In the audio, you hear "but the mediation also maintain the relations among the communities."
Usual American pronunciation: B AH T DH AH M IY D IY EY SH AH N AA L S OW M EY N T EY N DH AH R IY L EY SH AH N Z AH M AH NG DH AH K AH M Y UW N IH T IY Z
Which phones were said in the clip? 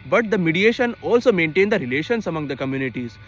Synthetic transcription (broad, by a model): B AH T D AH M IY D IY EY SH AH N AA L S OW M EY N T EY N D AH R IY L EY SH AH N S AH M AH NG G AH K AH M Y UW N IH T IY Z